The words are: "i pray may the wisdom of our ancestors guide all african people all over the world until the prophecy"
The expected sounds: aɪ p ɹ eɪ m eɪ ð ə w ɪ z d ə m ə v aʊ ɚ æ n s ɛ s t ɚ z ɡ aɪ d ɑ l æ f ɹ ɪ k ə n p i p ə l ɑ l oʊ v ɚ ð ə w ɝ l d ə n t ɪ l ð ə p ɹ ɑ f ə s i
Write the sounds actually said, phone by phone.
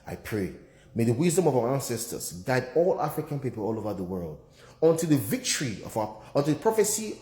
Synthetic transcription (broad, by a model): aɪ p ɹ eɪ m eɪ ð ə w ɪ z d ə m ə v aʊ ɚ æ n s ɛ s t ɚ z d aɪ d ɑ l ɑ f ɹ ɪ k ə n p i p ə l ɑ l oʊ v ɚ ð ə w ɝ l d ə n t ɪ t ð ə p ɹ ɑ f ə s i